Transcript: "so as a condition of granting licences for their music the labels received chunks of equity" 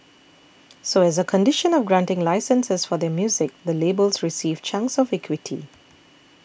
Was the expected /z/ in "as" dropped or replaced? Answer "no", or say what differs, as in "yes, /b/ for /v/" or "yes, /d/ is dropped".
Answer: no